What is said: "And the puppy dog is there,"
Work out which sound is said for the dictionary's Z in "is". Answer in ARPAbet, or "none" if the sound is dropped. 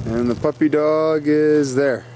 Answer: Z